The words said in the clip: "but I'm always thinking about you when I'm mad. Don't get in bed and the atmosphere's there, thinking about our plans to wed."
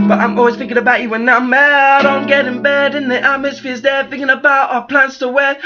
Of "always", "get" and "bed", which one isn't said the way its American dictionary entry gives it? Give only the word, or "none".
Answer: none